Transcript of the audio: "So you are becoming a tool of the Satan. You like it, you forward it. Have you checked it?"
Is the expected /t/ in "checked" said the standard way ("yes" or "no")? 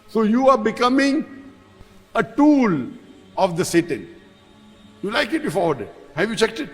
yes